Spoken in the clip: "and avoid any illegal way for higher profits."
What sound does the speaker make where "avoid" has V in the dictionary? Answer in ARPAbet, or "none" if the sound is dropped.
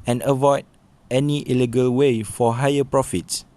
V